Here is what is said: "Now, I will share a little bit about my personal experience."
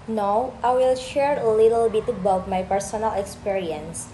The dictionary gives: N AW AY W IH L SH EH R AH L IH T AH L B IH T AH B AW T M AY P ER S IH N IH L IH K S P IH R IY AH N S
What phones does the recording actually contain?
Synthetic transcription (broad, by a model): N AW AY W IH L SH EH R AH L IH T AH L B IH T AH B AW T M AY P ER S IH N IH L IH K S P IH R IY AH N S